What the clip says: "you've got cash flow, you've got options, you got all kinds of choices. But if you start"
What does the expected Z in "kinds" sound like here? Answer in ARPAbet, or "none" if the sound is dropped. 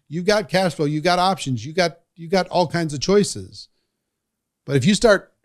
Z